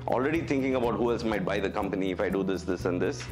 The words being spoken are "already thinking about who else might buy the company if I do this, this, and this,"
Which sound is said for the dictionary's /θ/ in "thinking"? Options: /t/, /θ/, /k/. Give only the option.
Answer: /t/